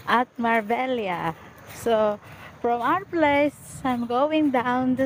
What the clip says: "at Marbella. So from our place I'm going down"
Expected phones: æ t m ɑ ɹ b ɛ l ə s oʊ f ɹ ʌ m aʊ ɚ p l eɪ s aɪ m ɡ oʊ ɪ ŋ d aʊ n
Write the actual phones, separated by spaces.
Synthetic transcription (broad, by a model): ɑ t m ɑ ɹ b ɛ l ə s oʊ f ɹ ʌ m aʊ ɚ p l eɪ s aɪ m ɡ oʊ ɪ ŋ d aʊ n